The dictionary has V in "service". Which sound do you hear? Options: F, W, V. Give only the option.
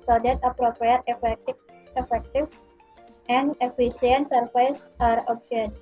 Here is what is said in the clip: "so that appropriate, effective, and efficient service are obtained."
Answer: F